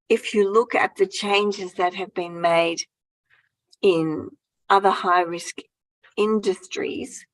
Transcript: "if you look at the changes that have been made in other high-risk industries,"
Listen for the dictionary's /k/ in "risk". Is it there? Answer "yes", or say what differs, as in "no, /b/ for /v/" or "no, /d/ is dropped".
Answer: yes